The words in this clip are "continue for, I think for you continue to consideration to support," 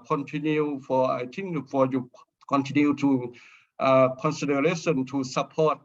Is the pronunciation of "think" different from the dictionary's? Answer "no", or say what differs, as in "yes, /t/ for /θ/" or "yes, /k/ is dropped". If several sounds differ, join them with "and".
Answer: yes, /t/ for /θ/